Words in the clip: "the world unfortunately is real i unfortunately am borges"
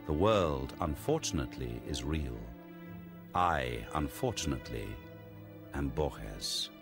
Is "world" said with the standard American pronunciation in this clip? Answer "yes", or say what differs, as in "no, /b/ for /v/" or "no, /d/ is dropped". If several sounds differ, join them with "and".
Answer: yes